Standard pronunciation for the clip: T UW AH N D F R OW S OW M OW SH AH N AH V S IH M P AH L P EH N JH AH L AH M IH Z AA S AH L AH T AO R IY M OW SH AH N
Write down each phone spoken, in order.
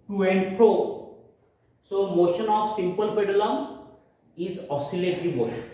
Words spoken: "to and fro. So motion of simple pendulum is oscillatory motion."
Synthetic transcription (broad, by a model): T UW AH N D P R OW S OW M OW SH AH N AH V S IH M P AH L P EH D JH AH L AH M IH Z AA S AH L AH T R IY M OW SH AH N